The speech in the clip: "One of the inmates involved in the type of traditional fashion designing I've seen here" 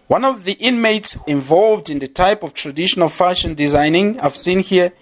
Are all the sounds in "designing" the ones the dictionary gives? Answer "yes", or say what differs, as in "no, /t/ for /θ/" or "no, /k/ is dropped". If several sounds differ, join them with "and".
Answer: yes